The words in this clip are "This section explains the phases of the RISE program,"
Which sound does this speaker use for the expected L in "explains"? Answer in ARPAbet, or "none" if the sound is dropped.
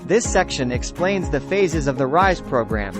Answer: L